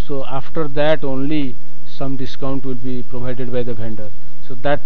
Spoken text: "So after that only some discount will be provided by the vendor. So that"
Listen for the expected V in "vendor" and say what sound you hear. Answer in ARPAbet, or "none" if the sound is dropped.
B